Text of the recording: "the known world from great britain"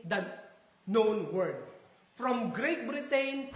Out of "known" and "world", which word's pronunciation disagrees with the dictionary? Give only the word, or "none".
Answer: world